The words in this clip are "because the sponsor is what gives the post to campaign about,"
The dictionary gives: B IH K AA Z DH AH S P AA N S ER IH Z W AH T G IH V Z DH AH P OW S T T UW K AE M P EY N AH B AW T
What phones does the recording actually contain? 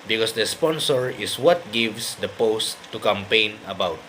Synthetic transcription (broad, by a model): B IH K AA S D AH S P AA N S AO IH S W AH T G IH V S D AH P OW S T T UW K AE M P EY N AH B AW T